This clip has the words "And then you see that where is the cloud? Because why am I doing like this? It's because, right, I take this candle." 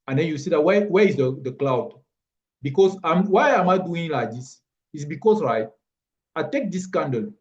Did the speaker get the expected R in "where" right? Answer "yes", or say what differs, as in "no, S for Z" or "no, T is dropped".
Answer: no, W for R